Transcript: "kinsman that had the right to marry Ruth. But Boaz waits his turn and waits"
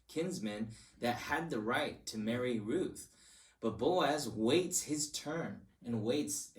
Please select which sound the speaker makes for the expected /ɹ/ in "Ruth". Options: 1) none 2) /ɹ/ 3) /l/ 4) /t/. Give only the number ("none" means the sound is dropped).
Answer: 2